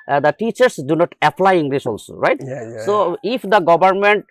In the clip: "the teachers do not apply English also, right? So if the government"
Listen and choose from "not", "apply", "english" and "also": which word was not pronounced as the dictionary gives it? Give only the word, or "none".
english